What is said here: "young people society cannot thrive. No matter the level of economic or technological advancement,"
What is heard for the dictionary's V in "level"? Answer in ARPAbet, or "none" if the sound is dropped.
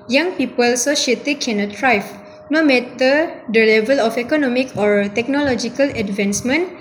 V